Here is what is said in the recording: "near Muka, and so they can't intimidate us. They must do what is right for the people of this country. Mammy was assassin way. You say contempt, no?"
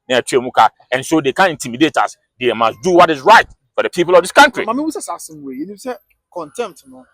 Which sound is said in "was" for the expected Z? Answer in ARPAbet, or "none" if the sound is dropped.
S